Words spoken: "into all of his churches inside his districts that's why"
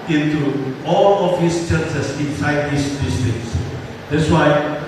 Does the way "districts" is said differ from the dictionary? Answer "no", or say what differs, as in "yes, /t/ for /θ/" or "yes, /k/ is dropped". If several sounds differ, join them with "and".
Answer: yes, /ɹ/ is dropped